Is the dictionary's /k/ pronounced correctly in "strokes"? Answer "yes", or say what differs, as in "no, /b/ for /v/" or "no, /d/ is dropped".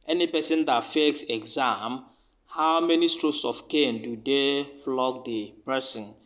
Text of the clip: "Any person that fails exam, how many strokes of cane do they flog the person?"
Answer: no, /k/ is dropped